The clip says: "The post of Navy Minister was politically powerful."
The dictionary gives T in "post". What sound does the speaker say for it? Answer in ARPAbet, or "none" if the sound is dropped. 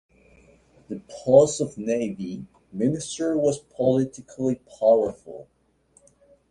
none